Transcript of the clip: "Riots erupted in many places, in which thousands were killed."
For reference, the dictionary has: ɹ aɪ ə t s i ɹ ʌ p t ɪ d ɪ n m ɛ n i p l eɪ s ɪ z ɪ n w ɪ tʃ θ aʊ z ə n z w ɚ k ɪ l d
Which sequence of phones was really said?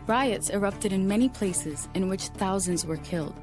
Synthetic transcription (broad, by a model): ɹ aɪ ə t s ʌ ɹ ʌ p t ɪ d ɪ n m ɛ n i p l eɪ s ɪ z ɪ n w ɪ tʃ θ aʊ z ə n z w ɚ k ɪ l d